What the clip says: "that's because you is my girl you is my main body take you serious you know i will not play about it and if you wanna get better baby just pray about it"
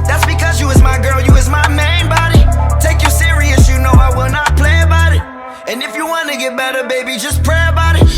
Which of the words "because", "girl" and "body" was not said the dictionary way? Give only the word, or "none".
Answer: none